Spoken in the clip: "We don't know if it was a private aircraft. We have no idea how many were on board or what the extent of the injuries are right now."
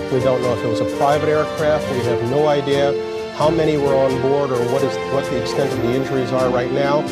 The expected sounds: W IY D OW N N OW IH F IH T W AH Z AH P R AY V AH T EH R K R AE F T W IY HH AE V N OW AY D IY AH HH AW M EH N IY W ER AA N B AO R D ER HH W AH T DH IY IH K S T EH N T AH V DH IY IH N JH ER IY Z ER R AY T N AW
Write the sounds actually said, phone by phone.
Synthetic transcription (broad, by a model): W IY D OW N N OW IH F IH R W AH Z AH P R AY V AH T EH R K R AE F T W IY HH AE V N OW AY D IY AH HH AW M EH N IY W ER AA N B AO R D ER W W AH T DH IY IH K S T EH N T AH V DH IY IH N JH ER IY Z ER R AY T N AW